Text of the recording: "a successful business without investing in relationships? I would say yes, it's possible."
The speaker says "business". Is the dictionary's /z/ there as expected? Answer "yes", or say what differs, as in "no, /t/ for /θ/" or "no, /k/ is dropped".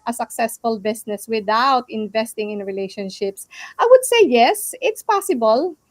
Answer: no, /s/ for /z/